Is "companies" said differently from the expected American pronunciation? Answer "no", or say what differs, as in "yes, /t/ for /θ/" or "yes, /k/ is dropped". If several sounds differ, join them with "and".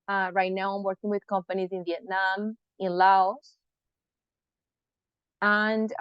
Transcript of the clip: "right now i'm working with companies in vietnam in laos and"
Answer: no